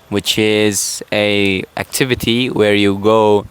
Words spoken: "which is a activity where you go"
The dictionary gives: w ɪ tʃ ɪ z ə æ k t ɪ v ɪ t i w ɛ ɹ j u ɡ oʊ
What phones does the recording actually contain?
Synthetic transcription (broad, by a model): w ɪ tʃ ɪ z ə æ k t ɪ v ɪ t i w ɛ ɹ j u ɡ oʊ